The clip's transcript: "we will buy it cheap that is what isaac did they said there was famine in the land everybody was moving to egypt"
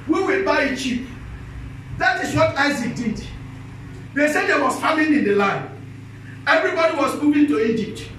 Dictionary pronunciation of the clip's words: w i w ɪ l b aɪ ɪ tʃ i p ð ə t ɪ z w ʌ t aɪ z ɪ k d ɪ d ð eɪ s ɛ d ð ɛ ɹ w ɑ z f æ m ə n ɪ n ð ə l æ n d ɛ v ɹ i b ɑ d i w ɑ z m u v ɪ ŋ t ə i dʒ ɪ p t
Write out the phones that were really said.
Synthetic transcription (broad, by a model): w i w ɪ l b aɪ ɪ tʃ i p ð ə t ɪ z w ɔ t aɪ z ɪ k d ɪ d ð eɪ s ɛ d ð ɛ w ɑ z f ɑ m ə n ɪ n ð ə l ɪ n ɛ v ɹ i b ɑ d i w ɑ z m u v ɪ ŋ t ə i dʒ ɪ p t